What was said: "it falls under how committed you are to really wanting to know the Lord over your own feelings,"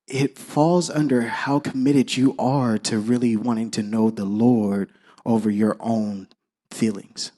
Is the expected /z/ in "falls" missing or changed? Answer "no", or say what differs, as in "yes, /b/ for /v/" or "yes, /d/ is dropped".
no